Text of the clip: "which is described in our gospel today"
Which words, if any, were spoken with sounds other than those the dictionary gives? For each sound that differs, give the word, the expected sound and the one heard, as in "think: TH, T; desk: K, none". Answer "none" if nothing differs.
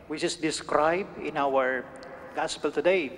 is: Z, S